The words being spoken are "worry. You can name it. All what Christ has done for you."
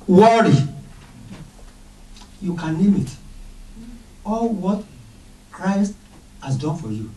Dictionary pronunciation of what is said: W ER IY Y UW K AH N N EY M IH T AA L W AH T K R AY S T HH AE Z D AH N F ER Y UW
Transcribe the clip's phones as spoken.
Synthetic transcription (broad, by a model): W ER IY Y UW K AH N L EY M IH T AA L W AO T K R AY S T HH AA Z D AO N F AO Y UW